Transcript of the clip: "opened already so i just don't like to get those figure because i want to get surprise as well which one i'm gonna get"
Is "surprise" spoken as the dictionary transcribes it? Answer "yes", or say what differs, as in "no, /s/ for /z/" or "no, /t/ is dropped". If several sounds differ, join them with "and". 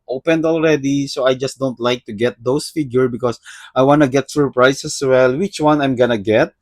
no, /s/ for /z/